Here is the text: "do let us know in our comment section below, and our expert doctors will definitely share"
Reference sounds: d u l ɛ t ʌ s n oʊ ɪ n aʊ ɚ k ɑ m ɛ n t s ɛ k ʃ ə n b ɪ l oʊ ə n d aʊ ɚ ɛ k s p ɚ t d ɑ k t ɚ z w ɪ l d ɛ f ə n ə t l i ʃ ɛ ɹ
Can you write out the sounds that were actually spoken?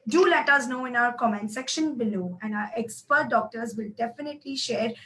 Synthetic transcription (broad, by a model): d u l ɛ t ʌ s n oʊ ɪ n aʊ ɚ k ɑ m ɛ n s ɛ k ʃ ə n b ɪ l oʊ ə n d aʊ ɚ ɛ k s p ɚ t d ɑ k t ɚ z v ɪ l d ɛ f ə n ə t l i ʃ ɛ ɹ